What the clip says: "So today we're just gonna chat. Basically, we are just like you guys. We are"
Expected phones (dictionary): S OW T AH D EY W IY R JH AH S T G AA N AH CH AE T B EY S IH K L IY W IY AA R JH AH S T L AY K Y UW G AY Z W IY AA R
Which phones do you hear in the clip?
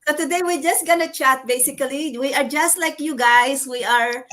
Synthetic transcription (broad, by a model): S OW T AH D EY W IY R JH AH S T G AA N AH CH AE T B EY S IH K L IY W IY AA R JH AH S T L AY K Y UW G AY S W IY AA R